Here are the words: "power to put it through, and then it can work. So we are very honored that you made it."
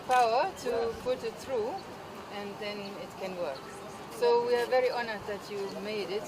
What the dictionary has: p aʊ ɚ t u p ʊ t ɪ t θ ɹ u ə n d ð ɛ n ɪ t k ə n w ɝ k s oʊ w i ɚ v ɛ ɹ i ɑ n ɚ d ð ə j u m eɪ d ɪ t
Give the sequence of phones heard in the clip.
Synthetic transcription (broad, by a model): p aʊ ɚ t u p ʊ t ɪ t θ ɹ u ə n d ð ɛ n ɪ t k ə n w ɝ k s oʊ w i ɚ v ɛ ɹ i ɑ n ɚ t ð ə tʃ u m eɪ d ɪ t